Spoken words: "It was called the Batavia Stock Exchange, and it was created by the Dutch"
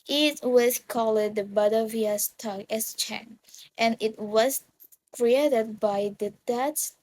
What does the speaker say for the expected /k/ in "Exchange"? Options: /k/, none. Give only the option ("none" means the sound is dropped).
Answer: none